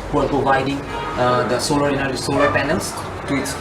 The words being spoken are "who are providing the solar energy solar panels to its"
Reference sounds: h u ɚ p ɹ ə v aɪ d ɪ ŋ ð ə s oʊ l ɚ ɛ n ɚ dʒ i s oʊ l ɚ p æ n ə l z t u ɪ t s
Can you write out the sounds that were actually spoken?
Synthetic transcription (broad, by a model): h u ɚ p ɹ ə v aɪ d ɪ ŋ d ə s oʊ l ɚ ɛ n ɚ i s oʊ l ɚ p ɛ n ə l s t u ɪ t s